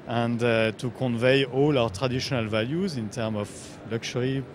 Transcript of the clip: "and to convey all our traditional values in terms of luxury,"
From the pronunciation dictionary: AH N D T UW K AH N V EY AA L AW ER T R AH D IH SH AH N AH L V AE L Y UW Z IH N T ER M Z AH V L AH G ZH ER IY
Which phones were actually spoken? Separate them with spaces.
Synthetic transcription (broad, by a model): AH N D T UW K AH N V EY AA L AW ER T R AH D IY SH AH N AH L V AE L Y UW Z IH N T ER M AH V L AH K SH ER IY